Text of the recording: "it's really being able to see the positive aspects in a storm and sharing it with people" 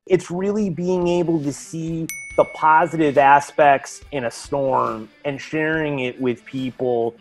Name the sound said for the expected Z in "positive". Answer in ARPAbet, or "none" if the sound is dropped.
Z